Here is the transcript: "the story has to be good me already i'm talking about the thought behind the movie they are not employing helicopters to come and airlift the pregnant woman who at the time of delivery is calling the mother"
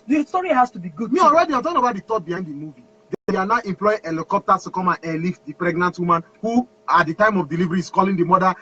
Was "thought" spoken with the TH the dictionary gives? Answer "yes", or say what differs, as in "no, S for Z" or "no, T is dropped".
no, T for TH